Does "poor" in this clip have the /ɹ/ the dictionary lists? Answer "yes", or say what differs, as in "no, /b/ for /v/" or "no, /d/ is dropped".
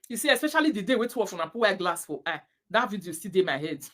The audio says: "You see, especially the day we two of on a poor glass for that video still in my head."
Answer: no, /w/ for /ɹ/